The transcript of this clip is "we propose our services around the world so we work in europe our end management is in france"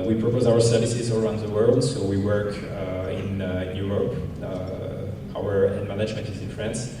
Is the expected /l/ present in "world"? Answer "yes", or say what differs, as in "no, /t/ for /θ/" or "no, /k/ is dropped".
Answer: yes